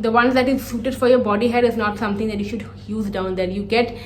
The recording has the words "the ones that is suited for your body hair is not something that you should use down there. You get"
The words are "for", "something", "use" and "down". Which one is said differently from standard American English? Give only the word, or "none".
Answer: something